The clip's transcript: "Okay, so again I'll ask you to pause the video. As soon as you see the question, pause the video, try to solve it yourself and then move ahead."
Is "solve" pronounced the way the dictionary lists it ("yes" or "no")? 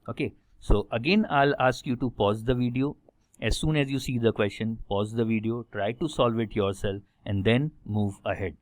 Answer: yes